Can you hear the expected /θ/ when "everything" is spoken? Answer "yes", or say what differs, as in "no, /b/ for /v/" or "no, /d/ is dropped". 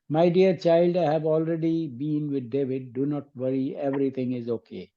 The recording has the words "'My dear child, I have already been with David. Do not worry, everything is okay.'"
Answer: no, /t/ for /θ/